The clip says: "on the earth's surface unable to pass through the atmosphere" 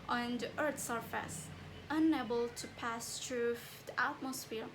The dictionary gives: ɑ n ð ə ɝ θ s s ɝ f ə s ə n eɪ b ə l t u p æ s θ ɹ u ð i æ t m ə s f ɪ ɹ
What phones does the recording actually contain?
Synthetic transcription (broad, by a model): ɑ n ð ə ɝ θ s s ɝ f ə s ə n eɪ b ə l t u p æ s t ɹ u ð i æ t m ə s f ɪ ɹ